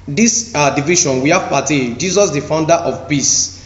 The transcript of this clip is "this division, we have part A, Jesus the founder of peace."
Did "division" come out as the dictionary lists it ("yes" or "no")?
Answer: no